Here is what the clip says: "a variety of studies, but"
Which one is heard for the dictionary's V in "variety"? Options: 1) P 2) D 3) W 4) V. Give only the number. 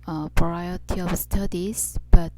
1